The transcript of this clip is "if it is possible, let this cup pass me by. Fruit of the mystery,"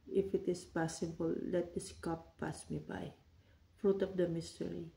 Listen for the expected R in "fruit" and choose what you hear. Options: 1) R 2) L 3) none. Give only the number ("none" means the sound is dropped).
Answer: 1